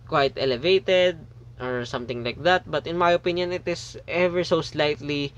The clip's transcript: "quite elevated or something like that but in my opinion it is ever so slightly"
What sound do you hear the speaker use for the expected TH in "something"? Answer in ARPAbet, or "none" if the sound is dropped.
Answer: T